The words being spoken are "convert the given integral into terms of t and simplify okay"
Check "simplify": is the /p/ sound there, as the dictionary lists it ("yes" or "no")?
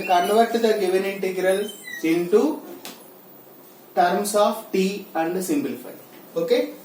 no